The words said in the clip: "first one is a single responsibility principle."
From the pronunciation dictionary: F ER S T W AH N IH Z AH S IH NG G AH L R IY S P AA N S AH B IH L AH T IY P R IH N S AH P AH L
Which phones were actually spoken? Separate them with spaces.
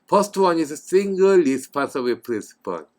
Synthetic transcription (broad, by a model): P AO S T W AH N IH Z AH S IH NG G AH L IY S P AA S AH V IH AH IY P R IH N S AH P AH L